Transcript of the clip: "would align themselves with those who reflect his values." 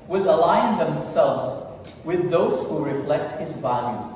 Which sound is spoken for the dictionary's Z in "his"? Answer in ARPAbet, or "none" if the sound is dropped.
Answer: Z